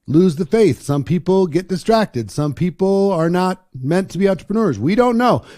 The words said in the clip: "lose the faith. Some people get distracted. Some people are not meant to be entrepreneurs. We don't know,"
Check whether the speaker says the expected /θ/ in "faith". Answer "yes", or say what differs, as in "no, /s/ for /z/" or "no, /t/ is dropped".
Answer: yes